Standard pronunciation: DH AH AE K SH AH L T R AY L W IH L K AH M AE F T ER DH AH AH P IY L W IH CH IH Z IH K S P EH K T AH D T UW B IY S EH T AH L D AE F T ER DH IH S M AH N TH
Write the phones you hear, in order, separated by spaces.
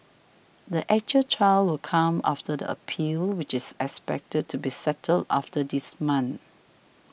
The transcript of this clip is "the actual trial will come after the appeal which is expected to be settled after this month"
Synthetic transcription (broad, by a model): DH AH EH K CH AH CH AY L W IH L K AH M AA F T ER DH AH AH P IY L W IH CH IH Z IH K S P EH K T AH D T UW B IY S EH T AH L D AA F T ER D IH S M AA N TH